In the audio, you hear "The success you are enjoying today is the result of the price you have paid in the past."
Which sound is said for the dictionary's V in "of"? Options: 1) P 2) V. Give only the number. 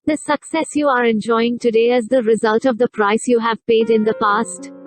2